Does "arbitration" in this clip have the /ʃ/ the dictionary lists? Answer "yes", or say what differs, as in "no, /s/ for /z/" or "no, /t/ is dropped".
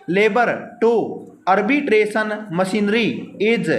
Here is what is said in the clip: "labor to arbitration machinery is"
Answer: no, /s/ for /ʃ/